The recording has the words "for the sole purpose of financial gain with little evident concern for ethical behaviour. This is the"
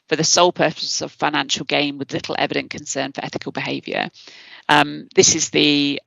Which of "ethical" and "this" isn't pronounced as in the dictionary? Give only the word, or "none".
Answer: none